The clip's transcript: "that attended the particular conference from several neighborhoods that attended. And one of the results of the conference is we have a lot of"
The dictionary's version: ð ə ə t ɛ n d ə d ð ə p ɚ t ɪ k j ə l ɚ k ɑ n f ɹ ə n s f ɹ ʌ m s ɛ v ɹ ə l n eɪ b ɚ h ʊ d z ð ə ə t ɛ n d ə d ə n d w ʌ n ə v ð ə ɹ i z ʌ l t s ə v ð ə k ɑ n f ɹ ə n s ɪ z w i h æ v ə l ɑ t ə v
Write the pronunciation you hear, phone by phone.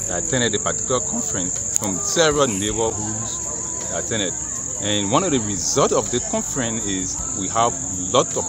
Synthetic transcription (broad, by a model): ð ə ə t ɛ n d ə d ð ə p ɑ t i k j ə l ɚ k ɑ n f ɹ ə n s f ɹ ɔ m s ɛ v ɹ ə l n eɪ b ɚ h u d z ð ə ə t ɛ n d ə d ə n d w ʌ n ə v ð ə ɹ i z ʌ l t ə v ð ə k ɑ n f ɹ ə n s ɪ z w i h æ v l ɑ t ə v